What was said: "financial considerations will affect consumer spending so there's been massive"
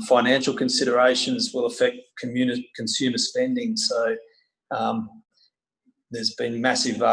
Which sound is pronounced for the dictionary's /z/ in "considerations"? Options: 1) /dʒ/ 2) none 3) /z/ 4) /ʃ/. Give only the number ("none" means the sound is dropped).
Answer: 3